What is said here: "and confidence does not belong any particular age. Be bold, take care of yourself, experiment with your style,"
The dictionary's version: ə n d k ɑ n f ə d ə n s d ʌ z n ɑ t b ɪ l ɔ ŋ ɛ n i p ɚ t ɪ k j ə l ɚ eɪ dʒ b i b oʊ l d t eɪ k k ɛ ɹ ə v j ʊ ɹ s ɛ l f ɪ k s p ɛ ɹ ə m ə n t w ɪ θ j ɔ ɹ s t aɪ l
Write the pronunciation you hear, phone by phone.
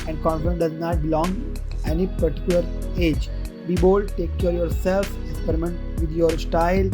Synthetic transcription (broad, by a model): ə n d k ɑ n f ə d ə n d ʌ z n ɑ t b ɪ l ɔ ŋ ɛ n i p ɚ t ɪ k j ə l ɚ eɪ dʒ b i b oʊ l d t eɪ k k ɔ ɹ j ʊ ɹ s ɛ l f ɪ k s p ɛ ɹ ə m ə n t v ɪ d j ɔ ɹ s t aɪ l